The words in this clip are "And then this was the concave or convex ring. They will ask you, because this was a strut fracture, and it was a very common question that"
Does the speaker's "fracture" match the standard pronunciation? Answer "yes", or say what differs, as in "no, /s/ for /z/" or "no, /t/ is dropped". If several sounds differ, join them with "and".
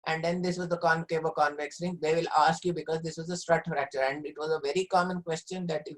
yes